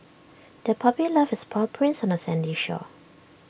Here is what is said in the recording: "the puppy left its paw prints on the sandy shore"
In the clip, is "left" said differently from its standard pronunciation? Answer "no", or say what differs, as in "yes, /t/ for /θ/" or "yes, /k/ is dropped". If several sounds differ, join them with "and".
yes, /t/ is dropped